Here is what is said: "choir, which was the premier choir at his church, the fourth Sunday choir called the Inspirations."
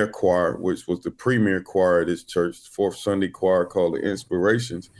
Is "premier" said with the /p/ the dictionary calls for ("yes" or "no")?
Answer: yes